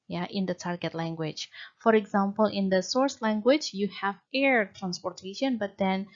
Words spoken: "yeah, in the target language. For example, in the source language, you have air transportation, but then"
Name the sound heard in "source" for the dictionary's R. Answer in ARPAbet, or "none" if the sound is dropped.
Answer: R